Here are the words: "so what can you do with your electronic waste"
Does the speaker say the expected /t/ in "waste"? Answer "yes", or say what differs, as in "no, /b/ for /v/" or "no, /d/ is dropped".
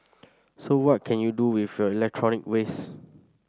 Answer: no, /t/ is dropped